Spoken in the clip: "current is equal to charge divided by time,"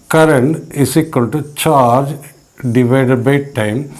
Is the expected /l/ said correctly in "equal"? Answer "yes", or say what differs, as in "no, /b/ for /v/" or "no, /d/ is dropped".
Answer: no, /n/ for /l/